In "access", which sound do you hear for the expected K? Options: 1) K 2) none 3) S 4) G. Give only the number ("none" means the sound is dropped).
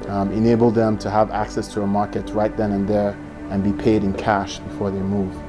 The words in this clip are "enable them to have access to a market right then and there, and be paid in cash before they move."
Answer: 1